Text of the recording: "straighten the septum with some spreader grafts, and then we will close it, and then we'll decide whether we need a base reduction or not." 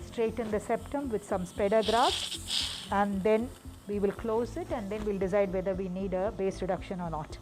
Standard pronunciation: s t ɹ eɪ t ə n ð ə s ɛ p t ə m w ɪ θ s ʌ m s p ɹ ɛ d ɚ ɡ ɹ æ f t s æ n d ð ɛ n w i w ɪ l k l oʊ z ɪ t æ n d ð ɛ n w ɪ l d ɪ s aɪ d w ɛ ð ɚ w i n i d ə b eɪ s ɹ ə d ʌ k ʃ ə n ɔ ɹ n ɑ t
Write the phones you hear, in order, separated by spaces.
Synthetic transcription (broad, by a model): s t ɹ eɪ t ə n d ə s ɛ p t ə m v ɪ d s ʌ m s p ɛ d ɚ ɡ ɹ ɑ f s æ n d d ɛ n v i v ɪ l k l oʊ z ɪ t æ n d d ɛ n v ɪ l d ɪ s aɪ d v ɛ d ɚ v i n i d ə b eɪ s ɹ ə d ʌ k ʃ ə n ɔ ɹ n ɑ t